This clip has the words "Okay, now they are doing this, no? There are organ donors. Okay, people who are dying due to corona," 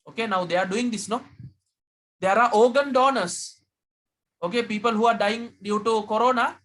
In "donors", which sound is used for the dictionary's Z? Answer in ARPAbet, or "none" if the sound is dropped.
S